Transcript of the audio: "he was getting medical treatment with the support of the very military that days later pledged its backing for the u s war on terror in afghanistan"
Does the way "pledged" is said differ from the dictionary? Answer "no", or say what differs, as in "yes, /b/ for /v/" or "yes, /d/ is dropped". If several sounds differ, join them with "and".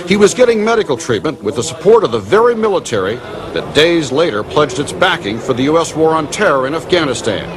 no